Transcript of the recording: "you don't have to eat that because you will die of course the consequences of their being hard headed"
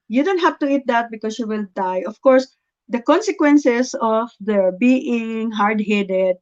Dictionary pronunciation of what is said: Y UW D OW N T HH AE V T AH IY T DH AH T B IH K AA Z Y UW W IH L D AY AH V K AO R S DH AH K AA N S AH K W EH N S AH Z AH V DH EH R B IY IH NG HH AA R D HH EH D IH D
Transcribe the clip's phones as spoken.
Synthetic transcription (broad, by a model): Y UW D OW N T HH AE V T AH IY T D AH T B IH K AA S Y UW W IH L D AY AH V K AO R S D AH K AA N S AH K W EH N S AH S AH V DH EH R B IY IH NG HH AA R D HH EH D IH D